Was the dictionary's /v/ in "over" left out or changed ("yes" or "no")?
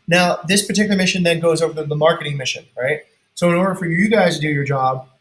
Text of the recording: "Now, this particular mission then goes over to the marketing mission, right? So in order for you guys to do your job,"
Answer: no